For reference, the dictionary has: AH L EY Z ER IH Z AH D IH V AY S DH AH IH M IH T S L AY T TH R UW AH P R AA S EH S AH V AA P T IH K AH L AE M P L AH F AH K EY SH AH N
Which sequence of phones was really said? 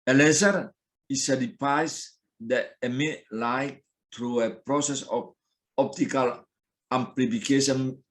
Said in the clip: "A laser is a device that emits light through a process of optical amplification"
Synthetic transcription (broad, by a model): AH L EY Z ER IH S AH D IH P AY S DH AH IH M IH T L AY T T R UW AH P R AA S EH S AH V AA P T IH K AH L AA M P L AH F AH K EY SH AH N